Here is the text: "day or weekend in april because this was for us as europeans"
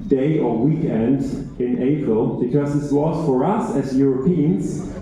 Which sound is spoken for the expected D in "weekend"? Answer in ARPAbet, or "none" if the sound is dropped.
D